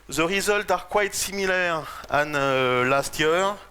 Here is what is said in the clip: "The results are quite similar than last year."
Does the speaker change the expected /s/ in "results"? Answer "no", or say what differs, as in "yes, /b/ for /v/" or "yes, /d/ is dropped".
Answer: yes, /s/ is dropped